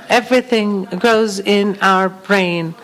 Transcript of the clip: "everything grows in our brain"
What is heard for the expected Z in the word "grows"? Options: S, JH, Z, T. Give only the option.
Z